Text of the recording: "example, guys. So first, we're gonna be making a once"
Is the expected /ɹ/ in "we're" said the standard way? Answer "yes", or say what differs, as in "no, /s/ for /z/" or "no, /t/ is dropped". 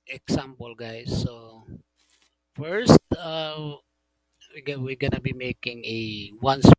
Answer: no, /w/ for /ɹ/